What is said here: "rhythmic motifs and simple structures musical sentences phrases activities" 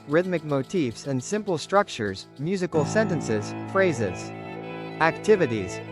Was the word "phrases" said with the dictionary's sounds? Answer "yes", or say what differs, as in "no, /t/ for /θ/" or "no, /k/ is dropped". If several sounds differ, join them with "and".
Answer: yes